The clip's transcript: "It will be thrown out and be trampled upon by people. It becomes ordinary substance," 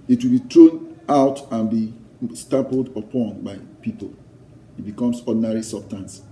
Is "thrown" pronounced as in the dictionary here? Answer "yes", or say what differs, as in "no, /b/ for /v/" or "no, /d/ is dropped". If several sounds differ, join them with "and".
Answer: no, /t/ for /θ/